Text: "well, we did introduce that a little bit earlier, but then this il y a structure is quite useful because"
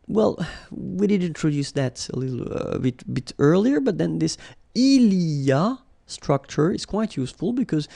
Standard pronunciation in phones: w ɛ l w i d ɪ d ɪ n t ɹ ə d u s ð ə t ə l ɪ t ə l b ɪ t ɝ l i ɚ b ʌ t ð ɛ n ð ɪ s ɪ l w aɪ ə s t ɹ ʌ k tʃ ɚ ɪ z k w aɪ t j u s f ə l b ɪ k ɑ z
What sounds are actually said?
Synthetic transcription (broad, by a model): w ɛ l w i d ɪ d ɪ n t ɹ ə d u s ð ə t ə l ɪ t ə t b ɪ t ɝ l i ɚ b ʌ t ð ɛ n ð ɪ s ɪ l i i ə s t ɹ ʌ k tʃ ɚ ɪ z k w aɪ t j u s f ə l b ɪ k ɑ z